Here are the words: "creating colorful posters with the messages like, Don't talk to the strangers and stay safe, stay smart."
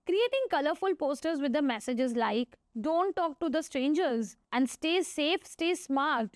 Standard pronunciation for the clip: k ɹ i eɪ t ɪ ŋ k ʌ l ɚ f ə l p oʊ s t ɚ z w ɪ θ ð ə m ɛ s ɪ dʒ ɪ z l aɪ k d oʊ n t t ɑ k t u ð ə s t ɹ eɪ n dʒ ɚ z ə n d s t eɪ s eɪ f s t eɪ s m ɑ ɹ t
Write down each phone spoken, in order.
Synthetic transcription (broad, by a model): k ɹ i eɪ t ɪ ŋ k ʌ l ɚ f ə l p oʊ s t ɚ z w ɪ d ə m ɛ s ɪ dʒ ɪ z l aɪ k d oʊ n t t ɑ k t u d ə s t ɹ eɪ n dʒ ɚ z ə n d s t eɪ s eɪ f s t eɪ s m ɑ ɹ t